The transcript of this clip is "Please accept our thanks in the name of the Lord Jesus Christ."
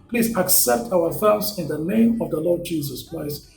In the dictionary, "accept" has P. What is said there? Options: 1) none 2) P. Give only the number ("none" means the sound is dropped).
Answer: 2